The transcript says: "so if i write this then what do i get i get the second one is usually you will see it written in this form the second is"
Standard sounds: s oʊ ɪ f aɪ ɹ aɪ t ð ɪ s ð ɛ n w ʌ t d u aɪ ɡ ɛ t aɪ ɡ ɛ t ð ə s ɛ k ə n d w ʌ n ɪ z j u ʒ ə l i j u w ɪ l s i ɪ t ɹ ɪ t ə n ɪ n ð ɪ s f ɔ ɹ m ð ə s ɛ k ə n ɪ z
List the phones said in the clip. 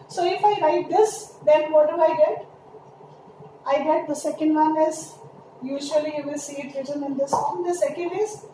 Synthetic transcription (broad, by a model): s oʊ ɪ f aɪ ɹ aɪ t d ɪ s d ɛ n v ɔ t d u aɪ ɡ ɛ t aɪ ɡ ɛ t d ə s ɛ k ə n d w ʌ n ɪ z j u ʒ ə i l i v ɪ l s i ɪ t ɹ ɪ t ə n ɪ n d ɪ s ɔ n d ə s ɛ k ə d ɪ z